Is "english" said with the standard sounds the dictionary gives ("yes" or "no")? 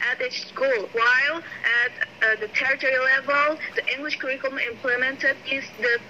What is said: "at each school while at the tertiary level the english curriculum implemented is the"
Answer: yes